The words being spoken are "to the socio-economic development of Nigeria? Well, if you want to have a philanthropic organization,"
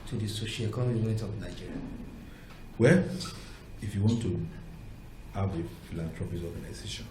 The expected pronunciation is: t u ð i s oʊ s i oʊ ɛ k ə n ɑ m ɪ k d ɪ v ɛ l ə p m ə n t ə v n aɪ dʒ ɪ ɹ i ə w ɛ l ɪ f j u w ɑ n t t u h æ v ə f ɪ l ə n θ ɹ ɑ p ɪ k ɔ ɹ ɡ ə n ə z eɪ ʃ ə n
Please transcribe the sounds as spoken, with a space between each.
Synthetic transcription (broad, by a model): t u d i s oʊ ʃ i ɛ k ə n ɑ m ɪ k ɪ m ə t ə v n aɪ dʒ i ɹ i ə w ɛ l ɪ f j u w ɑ n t t u h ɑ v ə f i l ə n t ɹ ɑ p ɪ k ɔ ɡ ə n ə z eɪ ʃ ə n